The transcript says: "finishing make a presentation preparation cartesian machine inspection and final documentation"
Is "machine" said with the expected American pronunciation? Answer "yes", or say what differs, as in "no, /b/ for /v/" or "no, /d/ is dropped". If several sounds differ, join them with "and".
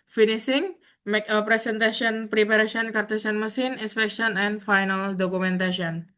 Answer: no, /s/ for /ʃ/